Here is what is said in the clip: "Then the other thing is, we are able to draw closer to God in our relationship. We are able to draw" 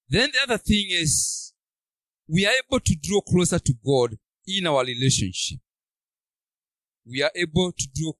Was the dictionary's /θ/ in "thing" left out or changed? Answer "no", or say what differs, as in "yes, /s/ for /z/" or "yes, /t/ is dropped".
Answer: no